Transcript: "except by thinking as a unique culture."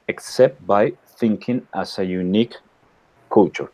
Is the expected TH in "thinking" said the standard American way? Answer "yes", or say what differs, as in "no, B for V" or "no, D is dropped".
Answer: yes